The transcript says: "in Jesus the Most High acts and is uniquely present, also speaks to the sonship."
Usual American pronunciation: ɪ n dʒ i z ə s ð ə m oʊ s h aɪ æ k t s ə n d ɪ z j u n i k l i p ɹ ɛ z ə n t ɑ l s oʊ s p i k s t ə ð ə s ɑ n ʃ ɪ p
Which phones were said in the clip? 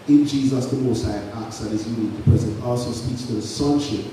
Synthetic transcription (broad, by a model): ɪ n dʒ i z ə s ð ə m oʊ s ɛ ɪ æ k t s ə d ɪ z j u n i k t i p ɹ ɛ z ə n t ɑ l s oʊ s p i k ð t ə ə s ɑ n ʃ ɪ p